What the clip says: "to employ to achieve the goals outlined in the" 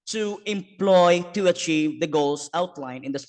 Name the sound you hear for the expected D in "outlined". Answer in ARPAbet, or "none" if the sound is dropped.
none